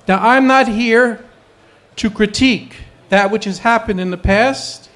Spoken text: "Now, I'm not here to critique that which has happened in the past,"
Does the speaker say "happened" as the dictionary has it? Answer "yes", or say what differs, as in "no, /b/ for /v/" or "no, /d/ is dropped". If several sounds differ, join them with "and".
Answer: yes